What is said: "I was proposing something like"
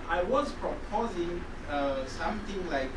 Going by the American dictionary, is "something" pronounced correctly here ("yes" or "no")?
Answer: no